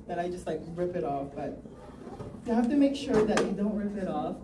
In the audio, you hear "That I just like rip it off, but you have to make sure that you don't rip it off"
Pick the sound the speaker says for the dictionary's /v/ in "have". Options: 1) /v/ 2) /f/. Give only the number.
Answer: 2